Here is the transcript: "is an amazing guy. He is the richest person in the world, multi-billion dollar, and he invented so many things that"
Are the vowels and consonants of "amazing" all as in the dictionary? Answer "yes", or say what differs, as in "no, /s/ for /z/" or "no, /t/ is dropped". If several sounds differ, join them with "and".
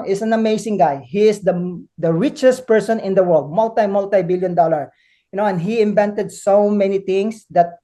no, /s/ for /z/